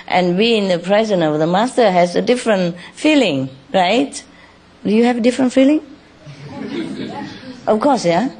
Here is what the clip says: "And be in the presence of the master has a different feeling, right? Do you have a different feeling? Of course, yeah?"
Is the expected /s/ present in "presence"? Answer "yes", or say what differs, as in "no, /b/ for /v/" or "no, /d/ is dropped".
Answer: no, /s/ is dropped